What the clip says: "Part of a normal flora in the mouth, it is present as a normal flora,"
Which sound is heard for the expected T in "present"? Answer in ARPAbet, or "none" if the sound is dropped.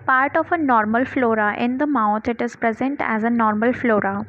T